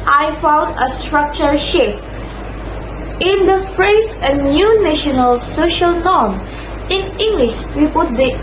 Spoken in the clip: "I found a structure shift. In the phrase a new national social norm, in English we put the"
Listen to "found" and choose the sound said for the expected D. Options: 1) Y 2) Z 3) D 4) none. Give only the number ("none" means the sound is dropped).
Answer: 3